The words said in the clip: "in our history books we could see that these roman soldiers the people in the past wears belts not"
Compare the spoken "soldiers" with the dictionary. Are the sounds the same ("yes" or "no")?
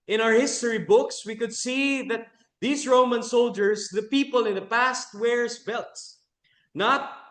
no